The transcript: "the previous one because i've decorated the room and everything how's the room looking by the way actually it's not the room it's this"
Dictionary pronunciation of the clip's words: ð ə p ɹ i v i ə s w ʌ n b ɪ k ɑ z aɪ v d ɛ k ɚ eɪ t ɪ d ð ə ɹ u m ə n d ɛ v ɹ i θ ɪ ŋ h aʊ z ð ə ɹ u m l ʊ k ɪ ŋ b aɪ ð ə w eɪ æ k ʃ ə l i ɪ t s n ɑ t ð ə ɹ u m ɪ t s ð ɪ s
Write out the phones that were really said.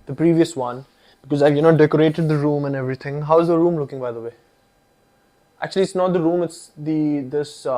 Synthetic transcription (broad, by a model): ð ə p ɹ i v i ə s w ʌ n b ɪ k ɑ z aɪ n d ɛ k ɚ eɪ t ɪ d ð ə ɹ u m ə n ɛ v ɹ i t ɪ ŋ h aʊ z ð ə ɹ u m l ʊ k ɪ ŋ b aɪ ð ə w eɪ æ k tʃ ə l i ɪ t s n ɑ t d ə ɹ u m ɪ t s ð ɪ s